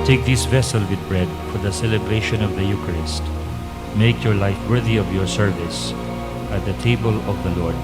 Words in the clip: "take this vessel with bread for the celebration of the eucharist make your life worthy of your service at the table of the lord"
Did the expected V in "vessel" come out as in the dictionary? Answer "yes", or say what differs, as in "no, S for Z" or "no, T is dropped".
yes